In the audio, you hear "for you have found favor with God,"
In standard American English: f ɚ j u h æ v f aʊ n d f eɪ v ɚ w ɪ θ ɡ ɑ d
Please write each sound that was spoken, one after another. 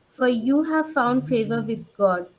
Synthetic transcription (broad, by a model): f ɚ j u h æ v f aʊ n d f eɪ v ɚ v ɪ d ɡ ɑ d